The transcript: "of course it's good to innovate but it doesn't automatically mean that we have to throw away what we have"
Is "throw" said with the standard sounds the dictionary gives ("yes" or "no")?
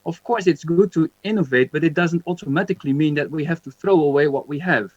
yes